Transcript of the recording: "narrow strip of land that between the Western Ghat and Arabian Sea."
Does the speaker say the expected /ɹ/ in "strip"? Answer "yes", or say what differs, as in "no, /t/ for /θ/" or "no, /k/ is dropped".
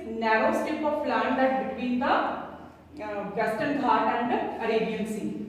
no, /ɹ/ is dropped